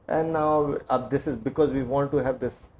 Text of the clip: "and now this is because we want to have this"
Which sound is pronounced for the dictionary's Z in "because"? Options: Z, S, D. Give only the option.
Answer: Z